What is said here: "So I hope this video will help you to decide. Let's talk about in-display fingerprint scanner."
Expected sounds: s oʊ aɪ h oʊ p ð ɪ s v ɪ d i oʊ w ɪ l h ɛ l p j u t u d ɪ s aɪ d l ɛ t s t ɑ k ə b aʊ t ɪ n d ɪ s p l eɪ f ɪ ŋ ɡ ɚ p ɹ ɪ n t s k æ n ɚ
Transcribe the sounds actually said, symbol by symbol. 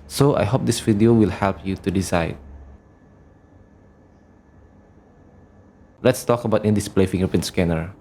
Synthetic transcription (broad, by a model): s oʊ aɪ h oʊ p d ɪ s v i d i oʊ w ɪ l h ɛ l p j u t u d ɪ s aɪ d l ɛ t s t ɑ k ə b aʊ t ɪ n d ɪ s p l eɪ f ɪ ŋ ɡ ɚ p ɪ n s k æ n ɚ